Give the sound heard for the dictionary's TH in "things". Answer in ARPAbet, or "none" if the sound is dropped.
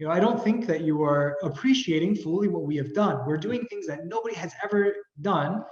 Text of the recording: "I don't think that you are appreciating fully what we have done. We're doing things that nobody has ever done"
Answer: TH